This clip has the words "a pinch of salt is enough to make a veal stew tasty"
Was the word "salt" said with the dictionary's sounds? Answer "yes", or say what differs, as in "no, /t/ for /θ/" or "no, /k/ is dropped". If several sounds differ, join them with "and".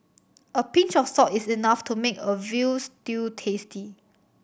no, /l/ is dropped